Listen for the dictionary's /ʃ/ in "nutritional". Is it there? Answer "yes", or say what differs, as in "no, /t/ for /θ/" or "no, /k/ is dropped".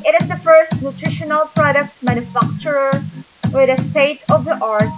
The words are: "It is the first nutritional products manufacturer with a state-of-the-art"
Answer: yes